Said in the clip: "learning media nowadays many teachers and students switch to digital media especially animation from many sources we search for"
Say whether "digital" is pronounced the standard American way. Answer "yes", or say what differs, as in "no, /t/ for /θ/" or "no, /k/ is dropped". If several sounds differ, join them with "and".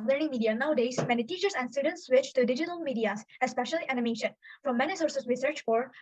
yes